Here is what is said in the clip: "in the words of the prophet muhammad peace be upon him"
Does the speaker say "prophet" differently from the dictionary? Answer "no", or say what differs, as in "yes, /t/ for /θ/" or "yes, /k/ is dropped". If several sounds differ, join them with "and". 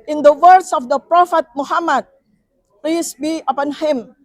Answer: no